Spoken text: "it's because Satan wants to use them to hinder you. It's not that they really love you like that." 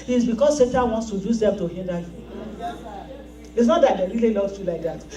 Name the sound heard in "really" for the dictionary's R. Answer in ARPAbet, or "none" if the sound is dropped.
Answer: L